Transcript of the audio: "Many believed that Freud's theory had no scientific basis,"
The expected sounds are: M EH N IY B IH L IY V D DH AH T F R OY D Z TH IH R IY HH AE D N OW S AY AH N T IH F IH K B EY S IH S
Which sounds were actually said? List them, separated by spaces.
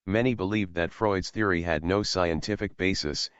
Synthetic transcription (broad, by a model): M EH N IY B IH L IY V DH AH T F R OY D Z TH IH R IY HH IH D N OW S AY AH N T IH F IH K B EY S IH S